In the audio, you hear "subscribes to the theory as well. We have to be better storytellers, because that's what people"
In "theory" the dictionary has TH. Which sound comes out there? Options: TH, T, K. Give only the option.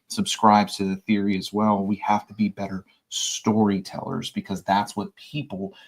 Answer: TH